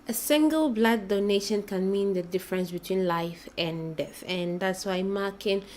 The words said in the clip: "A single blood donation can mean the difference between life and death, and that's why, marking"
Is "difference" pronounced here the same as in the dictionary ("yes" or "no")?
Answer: yes